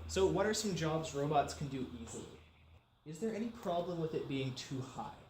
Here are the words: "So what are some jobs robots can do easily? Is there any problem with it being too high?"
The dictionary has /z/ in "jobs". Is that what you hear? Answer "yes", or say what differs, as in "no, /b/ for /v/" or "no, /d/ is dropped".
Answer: yes